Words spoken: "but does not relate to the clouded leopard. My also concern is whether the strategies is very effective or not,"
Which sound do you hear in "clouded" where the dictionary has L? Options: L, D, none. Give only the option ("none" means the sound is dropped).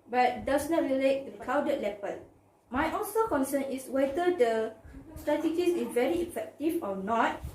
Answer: none